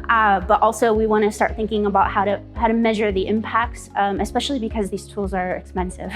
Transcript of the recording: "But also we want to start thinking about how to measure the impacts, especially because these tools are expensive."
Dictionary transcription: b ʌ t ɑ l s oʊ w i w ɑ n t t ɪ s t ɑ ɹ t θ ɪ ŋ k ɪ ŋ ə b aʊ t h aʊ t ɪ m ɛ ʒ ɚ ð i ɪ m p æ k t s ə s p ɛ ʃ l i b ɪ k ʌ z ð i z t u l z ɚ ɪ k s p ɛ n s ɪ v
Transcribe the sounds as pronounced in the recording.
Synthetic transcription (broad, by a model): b ʌ t ɑ l s oʊ w i w ɑ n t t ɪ s t ɑ ɹ t θ ɪ ŋ k ɪ ŋ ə b aʊ t h aʊ t ɪ m ɛ ʒ ɚ ð i ɪ m p æ k t s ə s p ɛ ʃ l i b ɪ k ʌ z ð i z t u l z ɚ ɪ k s p ɛ n s ɪ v